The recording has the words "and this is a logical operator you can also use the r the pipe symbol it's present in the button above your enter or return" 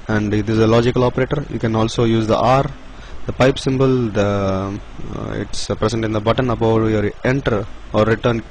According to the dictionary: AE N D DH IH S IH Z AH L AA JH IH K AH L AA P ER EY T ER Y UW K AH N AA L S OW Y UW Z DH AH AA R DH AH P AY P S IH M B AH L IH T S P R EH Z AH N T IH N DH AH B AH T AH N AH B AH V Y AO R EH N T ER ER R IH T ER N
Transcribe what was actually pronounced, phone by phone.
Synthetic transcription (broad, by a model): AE N D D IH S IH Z AH L AA JH IH K AH L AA P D EY T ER Y UW K AH N AA L S OW Y UW Z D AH AA R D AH P AY P S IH M B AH L IH T S P R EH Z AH N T IH N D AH B AH T AH N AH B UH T Y AO R EH N T ER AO R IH T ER N